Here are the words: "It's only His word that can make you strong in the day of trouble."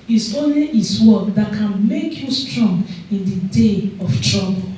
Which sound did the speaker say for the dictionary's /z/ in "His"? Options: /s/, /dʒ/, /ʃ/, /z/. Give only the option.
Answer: /s/